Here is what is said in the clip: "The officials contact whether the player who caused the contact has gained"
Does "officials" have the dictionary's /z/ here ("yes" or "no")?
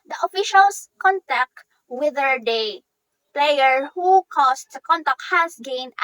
no